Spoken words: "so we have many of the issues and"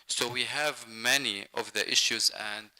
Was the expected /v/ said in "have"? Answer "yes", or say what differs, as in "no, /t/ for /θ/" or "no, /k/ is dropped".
yes